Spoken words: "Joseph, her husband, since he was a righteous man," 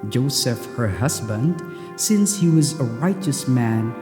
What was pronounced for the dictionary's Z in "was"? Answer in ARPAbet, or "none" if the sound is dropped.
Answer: Z